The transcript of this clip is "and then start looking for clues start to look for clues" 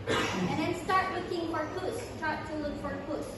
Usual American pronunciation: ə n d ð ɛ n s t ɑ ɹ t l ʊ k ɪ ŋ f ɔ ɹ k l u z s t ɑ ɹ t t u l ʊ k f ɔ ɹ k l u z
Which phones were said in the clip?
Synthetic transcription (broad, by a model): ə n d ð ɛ n s t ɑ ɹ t w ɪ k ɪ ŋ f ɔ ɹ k u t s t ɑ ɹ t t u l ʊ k f ɔ ɹ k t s